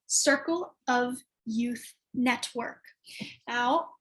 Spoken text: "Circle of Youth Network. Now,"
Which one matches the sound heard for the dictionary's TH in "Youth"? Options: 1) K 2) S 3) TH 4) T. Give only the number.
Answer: 3